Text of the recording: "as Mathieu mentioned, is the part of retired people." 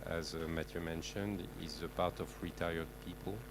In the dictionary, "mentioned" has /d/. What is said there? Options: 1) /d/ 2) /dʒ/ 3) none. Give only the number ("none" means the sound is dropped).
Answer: 1